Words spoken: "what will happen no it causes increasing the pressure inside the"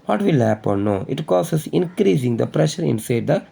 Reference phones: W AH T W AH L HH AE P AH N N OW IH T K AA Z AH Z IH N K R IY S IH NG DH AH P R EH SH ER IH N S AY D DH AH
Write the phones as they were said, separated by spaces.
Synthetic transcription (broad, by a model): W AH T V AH L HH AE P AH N N OW IH T K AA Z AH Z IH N K R IY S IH NG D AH P R EH SH ER IH N S AY D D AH